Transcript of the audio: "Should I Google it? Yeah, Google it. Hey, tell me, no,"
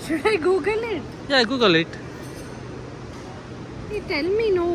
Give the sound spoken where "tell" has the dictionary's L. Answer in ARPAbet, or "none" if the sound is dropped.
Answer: N